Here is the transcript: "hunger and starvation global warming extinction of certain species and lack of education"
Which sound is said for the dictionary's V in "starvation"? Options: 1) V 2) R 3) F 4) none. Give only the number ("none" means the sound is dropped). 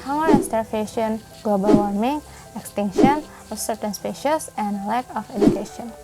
3